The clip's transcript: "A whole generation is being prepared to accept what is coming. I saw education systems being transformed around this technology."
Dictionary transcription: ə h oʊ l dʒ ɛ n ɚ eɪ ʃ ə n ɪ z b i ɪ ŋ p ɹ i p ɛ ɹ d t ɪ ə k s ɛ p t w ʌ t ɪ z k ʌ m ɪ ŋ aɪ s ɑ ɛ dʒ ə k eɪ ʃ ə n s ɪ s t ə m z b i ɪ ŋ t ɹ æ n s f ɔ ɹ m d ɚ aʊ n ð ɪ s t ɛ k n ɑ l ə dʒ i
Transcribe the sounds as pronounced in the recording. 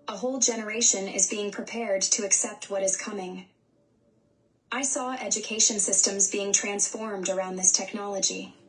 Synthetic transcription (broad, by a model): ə h oʊ l dʒ ɛ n ɚ eɪ ʃ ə n ɪ z b i ɪ ŋ p ɹ i p ɛ ɹ d t ɪ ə k s ɛ p t w ʌ t ɪ z k ʌ m ɪ ŋ aɪ s ɑ ɛ dʒ ə k eɪ ʃ ə n s ɪ s t ə m z b i ɪ ŋ t ɹ æ n s f ɔ ɹ m d ɚ aʊ n ð ɪ s t ɛ k n ɑ l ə dʒ i